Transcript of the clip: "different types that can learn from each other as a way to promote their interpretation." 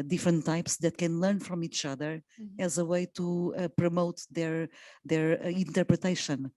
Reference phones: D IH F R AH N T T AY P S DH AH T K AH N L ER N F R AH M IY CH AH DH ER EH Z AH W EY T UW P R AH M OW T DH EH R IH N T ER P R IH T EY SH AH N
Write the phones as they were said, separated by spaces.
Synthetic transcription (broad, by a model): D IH F R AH N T T AY P S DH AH T K AH N L ER N F R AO M IY CH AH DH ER EH Z AH W EY T UW P R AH M OW T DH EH R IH N T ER P R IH T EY SH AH N